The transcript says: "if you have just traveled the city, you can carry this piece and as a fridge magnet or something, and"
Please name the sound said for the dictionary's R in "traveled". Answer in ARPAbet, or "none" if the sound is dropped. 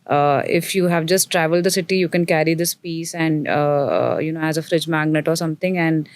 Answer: R